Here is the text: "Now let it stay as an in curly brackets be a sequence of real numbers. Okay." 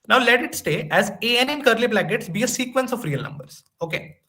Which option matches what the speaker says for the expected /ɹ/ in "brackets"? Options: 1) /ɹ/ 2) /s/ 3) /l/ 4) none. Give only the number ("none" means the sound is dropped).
3